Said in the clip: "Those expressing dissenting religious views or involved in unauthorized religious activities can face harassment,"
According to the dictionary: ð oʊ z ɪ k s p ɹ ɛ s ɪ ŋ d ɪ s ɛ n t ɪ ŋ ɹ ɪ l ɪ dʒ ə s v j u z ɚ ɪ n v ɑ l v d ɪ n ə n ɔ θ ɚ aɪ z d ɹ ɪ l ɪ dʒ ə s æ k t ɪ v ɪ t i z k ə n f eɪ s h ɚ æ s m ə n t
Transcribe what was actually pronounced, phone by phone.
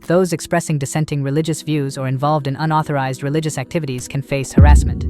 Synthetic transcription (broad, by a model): ð oʊ z ɪ k s p ɹ ɛ s ɪ ŋ d ɪ s ɛ n t ɪ ŋ ɹ ɪ l ɪ dʒ ə s v j u z ɚ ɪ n v ɑ l v d ɪ n ə n ɔ θ ɚ aɪ z d ɹ ɪ l ɪ dʒ ə s æ k t ɪ v ɪ t i z k ə n f eɪ s h ɚ æ s m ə n t